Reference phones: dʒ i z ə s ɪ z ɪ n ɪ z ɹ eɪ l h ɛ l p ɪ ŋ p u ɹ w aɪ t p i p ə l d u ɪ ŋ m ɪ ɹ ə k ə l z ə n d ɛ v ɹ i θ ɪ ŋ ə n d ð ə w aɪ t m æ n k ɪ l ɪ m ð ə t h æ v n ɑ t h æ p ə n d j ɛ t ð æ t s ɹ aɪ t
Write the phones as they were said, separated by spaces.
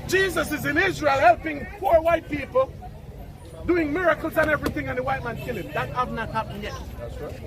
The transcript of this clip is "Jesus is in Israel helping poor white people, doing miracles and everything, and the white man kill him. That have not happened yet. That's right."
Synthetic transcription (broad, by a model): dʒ i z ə s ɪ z ɪ n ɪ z ɹ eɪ l h ɛ l p ɪ ŋ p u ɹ w aɪ t p i p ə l d u ɪ ŋ m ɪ ɹ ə k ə l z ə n ɛ v ɹ i θ ɪ ŋ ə n ð ə w aɪ t m æ n k ɪ l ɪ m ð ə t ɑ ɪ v n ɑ t h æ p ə n j ɛ t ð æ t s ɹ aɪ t